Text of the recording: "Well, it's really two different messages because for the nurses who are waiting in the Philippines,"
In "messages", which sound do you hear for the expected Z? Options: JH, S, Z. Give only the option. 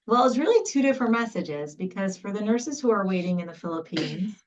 Z